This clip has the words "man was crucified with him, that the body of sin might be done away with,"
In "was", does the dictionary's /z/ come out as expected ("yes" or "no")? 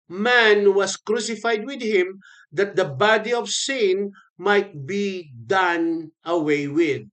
no